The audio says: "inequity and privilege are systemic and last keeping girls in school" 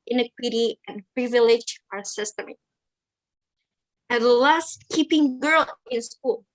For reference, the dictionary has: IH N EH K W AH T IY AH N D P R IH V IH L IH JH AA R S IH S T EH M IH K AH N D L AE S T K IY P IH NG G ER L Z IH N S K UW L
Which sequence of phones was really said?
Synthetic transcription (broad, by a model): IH N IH K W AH T IY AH N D P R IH V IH L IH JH AA R S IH S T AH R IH AH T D L AE S T K IY P IH NG G ER L IH N S K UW L